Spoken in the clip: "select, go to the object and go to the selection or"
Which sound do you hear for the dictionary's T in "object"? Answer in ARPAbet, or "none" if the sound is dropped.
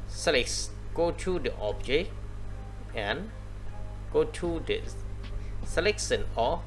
none